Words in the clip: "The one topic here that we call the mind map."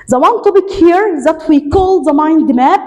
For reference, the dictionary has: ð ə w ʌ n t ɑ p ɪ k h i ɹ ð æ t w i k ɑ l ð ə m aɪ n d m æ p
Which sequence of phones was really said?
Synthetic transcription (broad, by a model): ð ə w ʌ n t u b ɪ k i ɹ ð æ t w i k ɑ l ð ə m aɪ n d m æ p